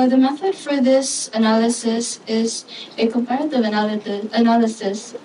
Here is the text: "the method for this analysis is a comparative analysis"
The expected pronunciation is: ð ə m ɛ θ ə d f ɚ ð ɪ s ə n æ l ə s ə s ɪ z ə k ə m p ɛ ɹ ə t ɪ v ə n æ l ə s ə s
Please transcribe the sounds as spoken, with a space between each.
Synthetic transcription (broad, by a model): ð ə m ɛ θ ə d f ɚ ð ɪ s ə n æ l ə s ə s ɪ z ə k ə m p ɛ ɹ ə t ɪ v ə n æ l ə s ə s